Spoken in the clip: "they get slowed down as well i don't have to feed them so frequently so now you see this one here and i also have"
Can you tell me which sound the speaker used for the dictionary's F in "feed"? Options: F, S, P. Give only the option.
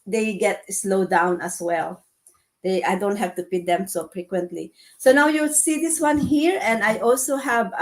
P